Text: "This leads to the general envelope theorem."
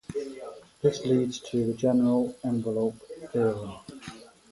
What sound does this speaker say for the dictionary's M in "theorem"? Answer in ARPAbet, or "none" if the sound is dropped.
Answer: none